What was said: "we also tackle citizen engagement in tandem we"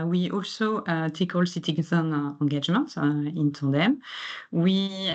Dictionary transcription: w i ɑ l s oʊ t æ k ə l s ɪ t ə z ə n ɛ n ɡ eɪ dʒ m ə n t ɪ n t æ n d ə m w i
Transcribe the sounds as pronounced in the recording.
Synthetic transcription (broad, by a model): w i ɑ l s oʊ t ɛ k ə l s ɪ t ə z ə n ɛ ɡ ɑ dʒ m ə n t ɪ n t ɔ d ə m w i